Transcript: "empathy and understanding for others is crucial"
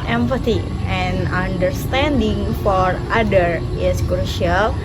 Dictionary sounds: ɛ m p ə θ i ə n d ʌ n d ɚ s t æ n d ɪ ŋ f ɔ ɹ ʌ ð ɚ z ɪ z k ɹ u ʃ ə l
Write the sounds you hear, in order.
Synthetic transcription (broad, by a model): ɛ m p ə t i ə n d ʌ n d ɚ s t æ n d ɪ ŋ f ɔ ɹ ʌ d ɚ ɪ s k ɹ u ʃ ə l